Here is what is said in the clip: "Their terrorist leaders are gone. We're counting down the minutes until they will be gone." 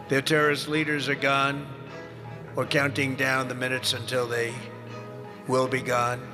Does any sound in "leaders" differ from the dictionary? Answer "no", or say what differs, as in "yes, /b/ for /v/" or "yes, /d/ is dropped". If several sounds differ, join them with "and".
no